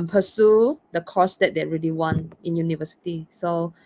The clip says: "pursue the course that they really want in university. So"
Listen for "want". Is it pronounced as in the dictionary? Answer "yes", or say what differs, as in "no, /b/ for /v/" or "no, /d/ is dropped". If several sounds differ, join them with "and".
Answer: no, /t/ is dropped